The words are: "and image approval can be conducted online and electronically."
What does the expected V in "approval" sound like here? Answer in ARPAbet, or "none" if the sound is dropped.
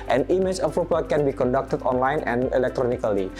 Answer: P